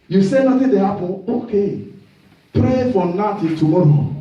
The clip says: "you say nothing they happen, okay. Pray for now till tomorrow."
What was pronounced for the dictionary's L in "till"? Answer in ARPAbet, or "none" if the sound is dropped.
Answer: N